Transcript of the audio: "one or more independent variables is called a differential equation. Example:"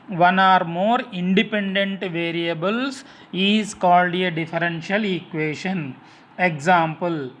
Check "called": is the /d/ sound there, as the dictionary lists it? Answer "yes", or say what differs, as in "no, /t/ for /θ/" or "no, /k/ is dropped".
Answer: yes